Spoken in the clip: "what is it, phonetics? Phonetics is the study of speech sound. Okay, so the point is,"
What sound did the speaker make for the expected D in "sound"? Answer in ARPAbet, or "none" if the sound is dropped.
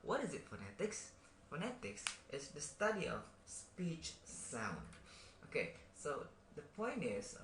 D